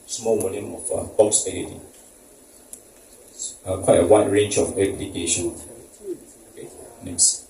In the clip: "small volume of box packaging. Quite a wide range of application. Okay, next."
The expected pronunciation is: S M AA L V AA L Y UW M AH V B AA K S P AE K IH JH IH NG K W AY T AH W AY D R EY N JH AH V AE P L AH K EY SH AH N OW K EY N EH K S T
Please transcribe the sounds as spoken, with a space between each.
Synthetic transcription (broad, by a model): S M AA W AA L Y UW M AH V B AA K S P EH IH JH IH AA K W AY T AH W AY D R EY N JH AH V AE B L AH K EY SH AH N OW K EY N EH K S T